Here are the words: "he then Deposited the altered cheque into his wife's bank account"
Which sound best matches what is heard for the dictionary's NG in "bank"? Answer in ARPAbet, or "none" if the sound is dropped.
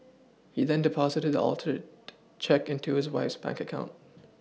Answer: NG